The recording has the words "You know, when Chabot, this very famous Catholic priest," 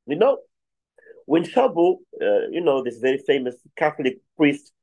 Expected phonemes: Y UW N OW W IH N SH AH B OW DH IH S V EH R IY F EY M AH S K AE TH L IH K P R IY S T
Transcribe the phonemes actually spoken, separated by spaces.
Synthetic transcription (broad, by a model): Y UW N OW W IH N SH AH B OW DH IH S V EH R IY F EY M AH S K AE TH L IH K P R IY S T